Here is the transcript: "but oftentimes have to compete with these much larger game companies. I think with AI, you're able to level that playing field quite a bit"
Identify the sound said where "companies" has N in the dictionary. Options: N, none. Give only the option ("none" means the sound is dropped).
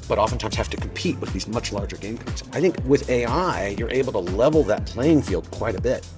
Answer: none